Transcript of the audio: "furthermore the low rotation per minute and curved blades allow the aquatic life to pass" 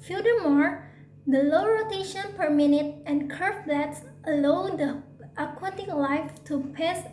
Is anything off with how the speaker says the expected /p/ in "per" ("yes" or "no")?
no